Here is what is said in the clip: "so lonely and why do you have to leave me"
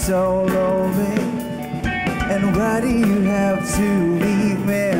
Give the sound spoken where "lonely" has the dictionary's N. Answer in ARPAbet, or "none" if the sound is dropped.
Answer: none